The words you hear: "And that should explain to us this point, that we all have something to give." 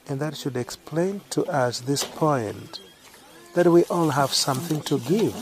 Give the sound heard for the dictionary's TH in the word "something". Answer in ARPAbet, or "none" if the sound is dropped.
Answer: TH